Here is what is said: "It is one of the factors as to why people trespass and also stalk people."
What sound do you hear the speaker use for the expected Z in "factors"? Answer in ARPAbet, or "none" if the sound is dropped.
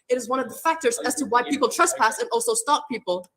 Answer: Z